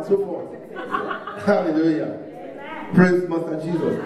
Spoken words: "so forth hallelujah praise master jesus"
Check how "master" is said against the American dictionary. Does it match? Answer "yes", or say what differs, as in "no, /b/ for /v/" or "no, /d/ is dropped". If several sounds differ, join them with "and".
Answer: no, /s/ is dropped